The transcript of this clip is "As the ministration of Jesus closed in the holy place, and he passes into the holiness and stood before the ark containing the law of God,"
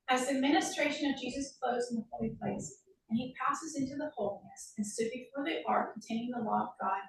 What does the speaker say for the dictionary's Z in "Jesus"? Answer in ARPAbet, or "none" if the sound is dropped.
Z